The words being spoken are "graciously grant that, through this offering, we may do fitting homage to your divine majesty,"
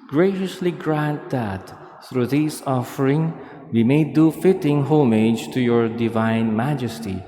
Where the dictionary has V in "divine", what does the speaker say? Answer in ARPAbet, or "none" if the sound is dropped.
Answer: V